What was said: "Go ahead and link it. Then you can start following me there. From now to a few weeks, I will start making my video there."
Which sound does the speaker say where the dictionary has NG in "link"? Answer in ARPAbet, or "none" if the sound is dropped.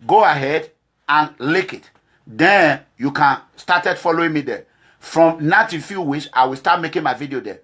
none